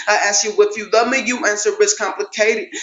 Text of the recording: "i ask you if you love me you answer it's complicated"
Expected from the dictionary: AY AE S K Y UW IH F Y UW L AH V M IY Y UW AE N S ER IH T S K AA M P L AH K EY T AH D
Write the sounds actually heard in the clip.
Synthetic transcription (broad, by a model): AY AE S K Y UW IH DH Y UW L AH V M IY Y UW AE N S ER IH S K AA M P L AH K EY T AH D